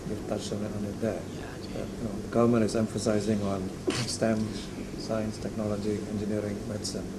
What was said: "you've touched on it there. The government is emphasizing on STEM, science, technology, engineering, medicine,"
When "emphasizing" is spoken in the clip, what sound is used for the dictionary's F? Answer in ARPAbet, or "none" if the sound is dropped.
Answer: F